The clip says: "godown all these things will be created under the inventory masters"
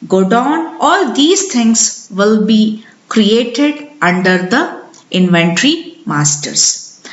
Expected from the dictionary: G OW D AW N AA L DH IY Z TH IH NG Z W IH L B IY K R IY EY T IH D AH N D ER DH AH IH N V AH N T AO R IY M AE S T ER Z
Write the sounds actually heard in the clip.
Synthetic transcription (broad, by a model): G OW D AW N AA L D IY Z T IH NG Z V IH L B IY K R IY EY T IH D AH N D ER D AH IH N V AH N T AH R IY M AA S T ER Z